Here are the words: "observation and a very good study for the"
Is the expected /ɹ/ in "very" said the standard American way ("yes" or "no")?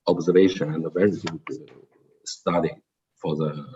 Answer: yes